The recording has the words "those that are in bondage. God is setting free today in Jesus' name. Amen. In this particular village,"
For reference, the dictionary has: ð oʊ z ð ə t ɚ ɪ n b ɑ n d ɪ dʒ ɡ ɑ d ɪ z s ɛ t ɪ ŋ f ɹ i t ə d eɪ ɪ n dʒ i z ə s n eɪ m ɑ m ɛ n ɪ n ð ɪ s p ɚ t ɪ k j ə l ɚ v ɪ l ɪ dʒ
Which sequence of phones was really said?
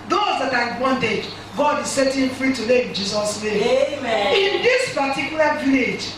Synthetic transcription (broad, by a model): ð oʊ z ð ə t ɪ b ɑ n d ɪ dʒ ɡ ɑ d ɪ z s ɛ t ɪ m f ɹ i t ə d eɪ ɪ n dʒ i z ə s n eɪ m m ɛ ɪ n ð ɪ s p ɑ t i k j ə l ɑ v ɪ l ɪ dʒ